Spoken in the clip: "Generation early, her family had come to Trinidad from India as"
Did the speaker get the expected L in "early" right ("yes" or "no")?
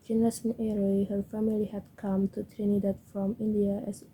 no